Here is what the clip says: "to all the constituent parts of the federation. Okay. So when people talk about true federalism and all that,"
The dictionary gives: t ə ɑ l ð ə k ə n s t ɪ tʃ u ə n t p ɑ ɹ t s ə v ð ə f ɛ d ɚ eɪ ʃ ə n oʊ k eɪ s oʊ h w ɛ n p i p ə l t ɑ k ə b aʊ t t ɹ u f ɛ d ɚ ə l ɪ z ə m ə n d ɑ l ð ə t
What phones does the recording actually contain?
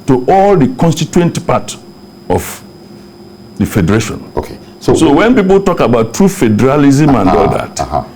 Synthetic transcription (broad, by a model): t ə ɑ l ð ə k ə n s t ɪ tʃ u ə n t p ɑ t ə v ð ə f ɛ d ɚ eɪ ʃ ə n oʊ k eɪ s oʊ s w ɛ n p i p ə l t ɑ k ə b aʊ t t ɹ u f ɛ d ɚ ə l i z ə m ə n d ɑ l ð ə t